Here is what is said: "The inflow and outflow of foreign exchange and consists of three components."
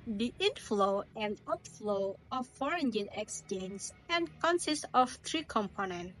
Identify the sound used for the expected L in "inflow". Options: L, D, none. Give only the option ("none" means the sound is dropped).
L